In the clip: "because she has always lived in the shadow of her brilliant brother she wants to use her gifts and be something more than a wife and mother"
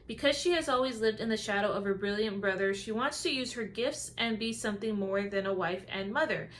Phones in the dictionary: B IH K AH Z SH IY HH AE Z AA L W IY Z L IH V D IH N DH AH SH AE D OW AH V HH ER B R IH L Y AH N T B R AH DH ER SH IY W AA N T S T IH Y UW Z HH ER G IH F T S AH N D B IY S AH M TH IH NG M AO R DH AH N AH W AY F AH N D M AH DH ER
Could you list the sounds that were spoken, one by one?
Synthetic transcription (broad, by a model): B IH K AH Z SH IY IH Z AA L W IY Z L IH V D IH N DH AH SH AE D OW AH V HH ER B R IH L Y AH N B R AH DH ER SH IY W AA N T S T IH Y UW Z HH ER G IH F T S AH N B IY S AH M TH IH NG M AO R DH AH N AH W AY F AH N M AH DH ER